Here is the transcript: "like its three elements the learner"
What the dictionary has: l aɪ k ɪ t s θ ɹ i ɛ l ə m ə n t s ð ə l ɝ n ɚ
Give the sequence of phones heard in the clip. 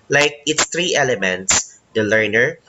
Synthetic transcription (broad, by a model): l aɪ k ɪ t s t ɹ i ɛ l ə m ə n t s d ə l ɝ n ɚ